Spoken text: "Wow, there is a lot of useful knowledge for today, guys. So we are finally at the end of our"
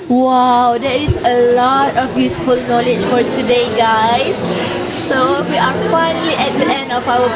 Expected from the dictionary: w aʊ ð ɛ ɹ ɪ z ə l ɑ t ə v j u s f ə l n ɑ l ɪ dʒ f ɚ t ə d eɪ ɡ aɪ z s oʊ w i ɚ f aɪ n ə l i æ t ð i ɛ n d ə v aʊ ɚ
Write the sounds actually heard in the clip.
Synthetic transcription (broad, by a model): w aʊ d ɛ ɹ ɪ s ə l ɑ t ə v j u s f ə l n ɑ l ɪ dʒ f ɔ t ə d eɪ ɡ aɪ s s oʊ w i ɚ f aɪ n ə l i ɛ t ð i ɛ n d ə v aʊ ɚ